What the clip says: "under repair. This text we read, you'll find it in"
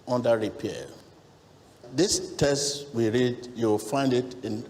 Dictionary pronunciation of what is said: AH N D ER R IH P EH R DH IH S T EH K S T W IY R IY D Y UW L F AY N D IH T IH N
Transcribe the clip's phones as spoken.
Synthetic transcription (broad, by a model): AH N D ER R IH P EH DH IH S T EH S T W IY R IY D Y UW W F AY N D IH T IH N